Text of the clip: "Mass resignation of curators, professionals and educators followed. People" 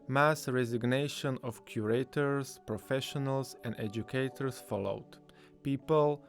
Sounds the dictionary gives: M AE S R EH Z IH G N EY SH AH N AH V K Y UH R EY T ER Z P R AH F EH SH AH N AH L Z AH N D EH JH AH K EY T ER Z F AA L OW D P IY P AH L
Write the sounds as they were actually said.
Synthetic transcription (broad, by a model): M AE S R EH Z IH G N EY SH AH N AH F K Y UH R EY T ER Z P R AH F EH SH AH N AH L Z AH N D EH JH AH K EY T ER S F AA L OW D P IY P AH L